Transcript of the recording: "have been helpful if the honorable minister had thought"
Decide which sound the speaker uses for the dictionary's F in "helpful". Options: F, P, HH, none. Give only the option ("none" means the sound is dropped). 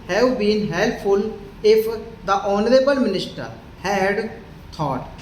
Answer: none